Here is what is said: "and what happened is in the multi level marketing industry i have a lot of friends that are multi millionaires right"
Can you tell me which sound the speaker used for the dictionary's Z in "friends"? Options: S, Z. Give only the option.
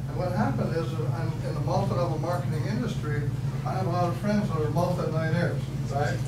Z